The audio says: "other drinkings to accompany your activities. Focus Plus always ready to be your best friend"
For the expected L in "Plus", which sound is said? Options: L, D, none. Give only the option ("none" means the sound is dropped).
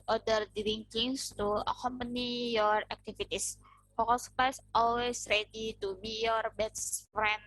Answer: none